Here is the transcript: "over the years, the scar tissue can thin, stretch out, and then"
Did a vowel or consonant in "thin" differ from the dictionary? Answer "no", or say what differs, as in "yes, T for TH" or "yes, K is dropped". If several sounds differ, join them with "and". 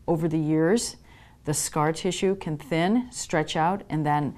no